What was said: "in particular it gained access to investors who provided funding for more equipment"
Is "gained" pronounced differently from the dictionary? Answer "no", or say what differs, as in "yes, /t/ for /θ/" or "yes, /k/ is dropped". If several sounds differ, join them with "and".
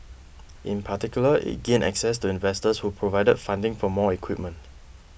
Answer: yes, /d/ is dropped